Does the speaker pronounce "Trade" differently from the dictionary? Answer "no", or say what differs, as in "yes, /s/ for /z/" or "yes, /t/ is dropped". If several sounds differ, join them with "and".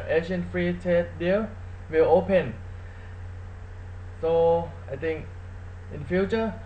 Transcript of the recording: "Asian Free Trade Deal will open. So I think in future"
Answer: yes, /ɹ/ is dropped